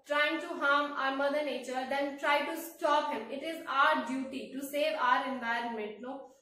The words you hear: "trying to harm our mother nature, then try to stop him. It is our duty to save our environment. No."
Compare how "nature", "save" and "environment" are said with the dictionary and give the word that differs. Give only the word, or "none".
none